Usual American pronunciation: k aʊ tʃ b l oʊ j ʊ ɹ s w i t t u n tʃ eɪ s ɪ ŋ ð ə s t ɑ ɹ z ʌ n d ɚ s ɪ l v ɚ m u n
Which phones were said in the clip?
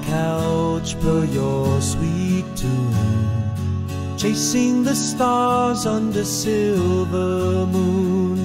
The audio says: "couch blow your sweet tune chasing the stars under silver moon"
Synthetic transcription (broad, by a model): k aʊ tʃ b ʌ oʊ j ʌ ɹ s w i t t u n tʃ eɪ s ɪ ŋ ð ə s t ɑ ɹ z ʌ n d ɚ s ɪ l v ɚ m u n